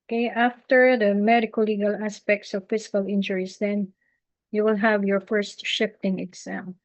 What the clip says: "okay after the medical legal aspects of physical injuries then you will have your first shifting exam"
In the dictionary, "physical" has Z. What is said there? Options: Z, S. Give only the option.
S